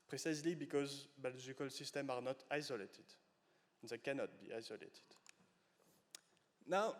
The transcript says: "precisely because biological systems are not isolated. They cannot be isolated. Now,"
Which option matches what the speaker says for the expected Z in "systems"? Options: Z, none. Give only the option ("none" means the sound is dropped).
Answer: none